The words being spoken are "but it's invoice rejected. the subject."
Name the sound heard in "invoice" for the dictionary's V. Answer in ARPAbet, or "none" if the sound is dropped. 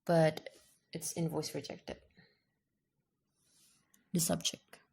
V